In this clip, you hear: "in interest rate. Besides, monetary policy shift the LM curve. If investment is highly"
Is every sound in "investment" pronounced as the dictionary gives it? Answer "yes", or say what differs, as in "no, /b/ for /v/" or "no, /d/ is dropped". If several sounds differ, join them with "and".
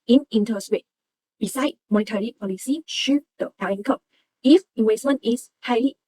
no, /w/ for /v/